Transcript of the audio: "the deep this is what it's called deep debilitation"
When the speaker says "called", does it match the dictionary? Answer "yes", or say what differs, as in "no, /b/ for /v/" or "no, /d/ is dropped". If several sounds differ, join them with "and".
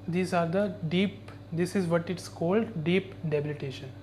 yes